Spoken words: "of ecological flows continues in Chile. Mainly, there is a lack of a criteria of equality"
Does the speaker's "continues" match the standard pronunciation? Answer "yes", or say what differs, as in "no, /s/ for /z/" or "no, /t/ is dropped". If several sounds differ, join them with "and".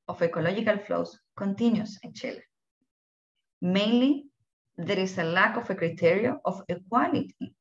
no, /s/ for /z/